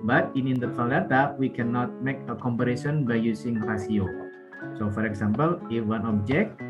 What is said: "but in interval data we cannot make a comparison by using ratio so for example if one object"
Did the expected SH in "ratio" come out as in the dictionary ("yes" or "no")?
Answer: no